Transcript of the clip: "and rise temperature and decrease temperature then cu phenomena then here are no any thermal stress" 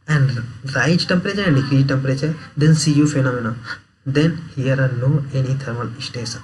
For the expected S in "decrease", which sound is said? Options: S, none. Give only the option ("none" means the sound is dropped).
none